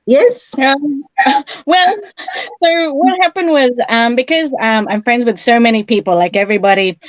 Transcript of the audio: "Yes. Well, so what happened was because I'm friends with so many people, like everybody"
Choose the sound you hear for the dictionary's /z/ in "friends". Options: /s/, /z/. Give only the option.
/z/